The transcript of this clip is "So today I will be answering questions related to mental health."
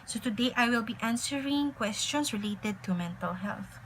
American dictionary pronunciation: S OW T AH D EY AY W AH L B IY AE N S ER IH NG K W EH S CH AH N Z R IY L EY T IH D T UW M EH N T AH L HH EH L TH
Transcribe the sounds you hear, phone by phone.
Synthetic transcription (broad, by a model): S OW T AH D EY AY W AH L B IY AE N S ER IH NG K W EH S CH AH N S R IY L EY T IH D T UW M EH N T AH L HH EH L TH